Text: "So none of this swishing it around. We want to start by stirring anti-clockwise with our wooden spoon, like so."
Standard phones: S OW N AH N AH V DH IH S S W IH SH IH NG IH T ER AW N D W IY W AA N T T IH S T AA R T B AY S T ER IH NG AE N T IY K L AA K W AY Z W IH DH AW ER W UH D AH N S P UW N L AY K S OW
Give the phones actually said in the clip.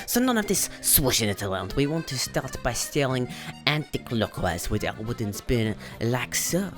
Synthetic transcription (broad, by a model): S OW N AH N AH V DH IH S S W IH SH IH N IH T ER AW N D W IY W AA N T T IH S T AA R T B AY S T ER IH NG AE N T IY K L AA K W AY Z W IH DH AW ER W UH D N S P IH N L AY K S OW